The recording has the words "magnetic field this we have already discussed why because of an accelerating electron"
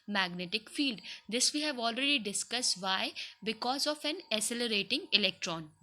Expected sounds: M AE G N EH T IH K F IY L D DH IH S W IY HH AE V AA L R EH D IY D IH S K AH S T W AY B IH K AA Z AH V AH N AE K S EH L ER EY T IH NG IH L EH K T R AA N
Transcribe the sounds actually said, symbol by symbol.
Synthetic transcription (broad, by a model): M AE G N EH T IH K F IY L D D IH S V IY HH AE V AA L R EH D IY D IH S K AH S T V AY B IH K AA Z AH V AH N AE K S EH L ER EY T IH NG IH L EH K T R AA N